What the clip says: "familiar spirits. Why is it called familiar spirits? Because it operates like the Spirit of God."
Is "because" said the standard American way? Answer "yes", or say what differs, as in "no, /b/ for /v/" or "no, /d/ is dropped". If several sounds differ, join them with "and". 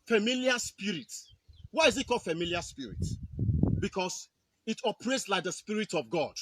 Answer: no, /s/ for /z/